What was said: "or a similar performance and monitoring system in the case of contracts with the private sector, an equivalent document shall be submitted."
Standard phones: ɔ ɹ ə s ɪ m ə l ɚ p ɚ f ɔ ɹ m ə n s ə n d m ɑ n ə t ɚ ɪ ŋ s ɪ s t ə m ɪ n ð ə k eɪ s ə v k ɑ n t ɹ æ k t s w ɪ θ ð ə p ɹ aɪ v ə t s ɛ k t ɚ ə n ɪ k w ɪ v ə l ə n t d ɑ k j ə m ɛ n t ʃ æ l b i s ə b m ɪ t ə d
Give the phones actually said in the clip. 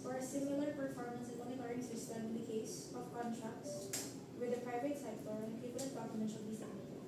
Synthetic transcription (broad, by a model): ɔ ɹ ə s ɪ m ə l ɚ p ɚ f ɔ ɹ m ə n s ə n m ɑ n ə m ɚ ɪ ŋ s ɪ s t ə m ɪ n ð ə k eɪ s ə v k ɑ n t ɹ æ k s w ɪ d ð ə p ɹ aɪ v ə t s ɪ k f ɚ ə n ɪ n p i p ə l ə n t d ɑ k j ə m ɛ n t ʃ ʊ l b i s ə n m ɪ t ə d